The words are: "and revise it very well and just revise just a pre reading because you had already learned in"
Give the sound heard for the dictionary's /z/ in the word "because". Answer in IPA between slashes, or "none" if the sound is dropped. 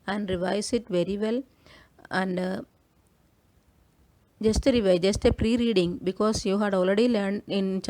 /s/